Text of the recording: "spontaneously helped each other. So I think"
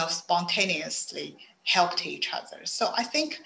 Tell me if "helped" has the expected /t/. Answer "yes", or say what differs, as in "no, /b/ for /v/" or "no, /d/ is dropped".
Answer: yes